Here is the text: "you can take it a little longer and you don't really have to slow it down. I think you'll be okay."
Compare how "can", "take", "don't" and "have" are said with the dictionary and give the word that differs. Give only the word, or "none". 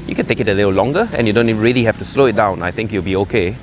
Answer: have